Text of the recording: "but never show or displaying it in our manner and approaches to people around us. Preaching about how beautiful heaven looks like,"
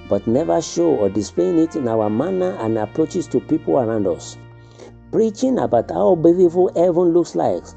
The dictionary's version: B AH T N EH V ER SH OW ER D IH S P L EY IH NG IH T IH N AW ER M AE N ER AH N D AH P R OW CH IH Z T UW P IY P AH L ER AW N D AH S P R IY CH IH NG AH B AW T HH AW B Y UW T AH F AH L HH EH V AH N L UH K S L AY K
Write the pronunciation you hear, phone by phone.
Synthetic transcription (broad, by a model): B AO T N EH V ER SH OW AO D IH S P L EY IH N IH T N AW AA M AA N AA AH N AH P R OW CH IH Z T UW P IY P AH L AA AW N D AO S P R IY CH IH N AH B AW T HH AW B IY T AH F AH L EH V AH N L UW K S L AY K